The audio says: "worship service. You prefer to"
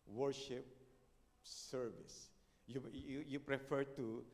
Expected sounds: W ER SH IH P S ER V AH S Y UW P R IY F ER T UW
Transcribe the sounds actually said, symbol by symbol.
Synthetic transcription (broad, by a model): W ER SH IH P S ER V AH S Y UW P R IY F ER T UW